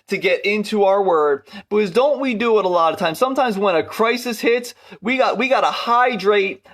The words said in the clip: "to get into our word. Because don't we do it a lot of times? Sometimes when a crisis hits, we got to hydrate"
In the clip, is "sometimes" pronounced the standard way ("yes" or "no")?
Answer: yes